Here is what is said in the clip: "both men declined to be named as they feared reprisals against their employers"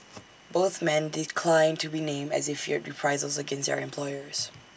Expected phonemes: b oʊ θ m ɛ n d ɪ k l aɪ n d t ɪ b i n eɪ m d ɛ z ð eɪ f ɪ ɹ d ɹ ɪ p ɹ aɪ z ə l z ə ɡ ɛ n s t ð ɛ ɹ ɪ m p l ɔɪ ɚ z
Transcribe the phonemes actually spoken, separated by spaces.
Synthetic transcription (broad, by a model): b oʊ θ m ɛ n d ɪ k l aɪ n t ɪ b i n eɪ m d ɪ z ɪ f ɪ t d ɹ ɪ p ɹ aɪ z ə l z ə ɡ ɛ n s t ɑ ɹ ɪ m p l ɔɪ ɚ z